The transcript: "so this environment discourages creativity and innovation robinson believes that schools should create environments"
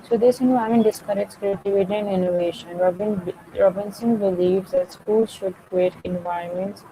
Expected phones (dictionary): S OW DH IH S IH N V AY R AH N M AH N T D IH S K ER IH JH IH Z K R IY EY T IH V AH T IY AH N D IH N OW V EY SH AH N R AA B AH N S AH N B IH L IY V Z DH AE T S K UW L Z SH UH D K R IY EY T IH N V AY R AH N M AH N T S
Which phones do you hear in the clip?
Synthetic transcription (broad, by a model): S OW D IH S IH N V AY AH M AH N D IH S K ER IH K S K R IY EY T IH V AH T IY AH N D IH N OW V EY SH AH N R AA B AH N S AH N B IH L IY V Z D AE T S K UW L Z SH UH D K R IY EY T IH N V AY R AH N M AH N T S